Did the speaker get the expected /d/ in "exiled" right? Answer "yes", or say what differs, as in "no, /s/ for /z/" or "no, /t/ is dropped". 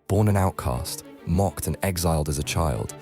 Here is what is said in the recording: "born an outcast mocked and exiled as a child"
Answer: yes